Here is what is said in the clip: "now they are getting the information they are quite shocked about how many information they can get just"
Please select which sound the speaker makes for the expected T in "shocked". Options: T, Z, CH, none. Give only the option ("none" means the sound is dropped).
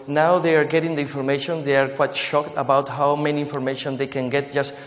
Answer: T